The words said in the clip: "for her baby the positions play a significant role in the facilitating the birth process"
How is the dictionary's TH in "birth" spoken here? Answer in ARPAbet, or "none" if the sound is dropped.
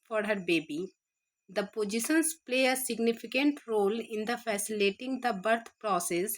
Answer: T